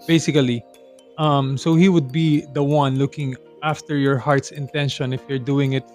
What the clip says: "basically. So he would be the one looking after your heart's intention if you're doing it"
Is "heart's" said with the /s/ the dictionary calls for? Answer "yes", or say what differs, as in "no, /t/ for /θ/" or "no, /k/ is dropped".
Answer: yes